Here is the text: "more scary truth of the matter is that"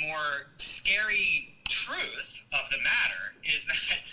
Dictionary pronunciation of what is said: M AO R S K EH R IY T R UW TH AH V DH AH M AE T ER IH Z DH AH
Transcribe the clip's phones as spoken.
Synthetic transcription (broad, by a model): M AO R S K EH R IY T R UW TH AH V DH AH M AE T ER IH Z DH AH